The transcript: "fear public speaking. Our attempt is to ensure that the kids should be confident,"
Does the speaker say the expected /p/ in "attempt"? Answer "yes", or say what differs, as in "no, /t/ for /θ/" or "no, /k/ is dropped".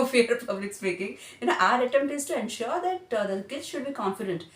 no, /p/ is dropped